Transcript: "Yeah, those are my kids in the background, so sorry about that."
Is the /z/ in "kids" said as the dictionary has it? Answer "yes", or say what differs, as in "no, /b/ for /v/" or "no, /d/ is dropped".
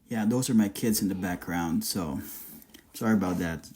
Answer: yes